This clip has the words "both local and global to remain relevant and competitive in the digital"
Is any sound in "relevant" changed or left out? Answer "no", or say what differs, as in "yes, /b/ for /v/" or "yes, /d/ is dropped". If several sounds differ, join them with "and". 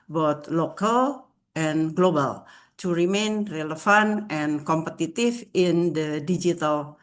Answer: yes, /f/ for /v/